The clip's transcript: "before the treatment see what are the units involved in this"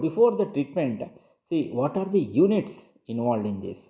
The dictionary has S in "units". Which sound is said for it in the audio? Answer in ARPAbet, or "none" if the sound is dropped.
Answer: S